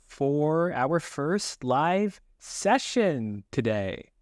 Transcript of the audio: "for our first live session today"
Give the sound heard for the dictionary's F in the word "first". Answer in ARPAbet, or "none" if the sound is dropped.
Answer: F